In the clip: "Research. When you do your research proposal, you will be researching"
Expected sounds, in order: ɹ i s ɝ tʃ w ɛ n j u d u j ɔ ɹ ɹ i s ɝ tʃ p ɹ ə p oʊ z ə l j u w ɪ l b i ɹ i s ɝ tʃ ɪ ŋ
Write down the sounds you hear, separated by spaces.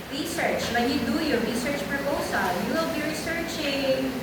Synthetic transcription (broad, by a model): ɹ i s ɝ tʃ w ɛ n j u d u j ɔ ɹ ɹ i s ɝ tʃ p ɹ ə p oʊ s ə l j u w ɪ l b i ɹ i s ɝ tʃ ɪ ŋ